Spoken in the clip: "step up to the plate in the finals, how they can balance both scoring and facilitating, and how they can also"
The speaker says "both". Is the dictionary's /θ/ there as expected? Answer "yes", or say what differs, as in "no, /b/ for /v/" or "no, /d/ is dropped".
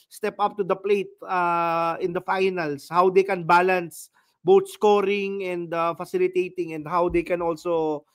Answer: no, /t/ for /θ/